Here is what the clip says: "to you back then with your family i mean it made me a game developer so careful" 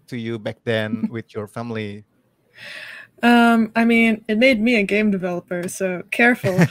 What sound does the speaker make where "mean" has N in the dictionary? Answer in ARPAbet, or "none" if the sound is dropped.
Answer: N